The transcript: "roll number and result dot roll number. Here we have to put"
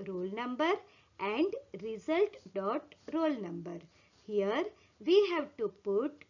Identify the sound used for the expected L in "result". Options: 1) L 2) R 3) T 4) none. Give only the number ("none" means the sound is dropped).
1